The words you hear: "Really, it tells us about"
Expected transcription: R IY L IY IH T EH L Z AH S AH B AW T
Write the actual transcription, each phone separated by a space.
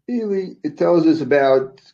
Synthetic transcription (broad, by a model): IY L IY IH T EH L Z AH S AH B AW T